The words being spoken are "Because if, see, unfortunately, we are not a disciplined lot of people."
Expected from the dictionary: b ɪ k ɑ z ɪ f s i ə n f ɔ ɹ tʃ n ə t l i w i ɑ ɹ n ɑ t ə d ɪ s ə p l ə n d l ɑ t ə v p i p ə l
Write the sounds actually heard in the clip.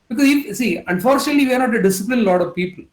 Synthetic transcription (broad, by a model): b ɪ k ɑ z ɪ f s i ə n f ɔ ɹ tʃ n ə t l i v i ɑ ɹ n ɑ t ə d ɪ s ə p l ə n l ɑ t ə v p i p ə l